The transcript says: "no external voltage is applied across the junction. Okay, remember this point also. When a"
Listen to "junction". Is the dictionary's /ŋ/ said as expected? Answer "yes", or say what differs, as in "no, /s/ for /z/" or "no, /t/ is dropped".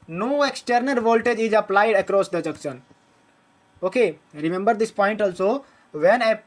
no, /ŋ/ is dropped